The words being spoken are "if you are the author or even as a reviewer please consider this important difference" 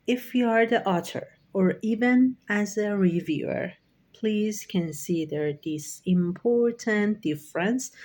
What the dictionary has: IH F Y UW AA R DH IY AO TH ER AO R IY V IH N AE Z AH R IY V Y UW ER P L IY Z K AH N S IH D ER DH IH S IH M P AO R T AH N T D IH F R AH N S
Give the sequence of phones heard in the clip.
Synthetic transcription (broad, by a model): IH F Y UW AA R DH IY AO T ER AO R IY V IH N AE Z AH R IY V Y UW ER P L IY Z K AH N S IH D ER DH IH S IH M P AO R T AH N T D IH F R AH N S